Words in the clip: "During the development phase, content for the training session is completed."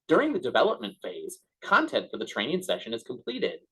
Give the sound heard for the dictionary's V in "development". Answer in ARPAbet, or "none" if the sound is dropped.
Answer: V